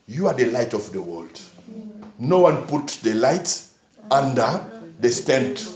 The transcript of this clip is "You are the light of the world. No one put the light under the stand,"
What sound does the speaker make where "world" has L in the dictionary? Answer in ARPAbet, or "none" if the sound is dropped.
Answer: L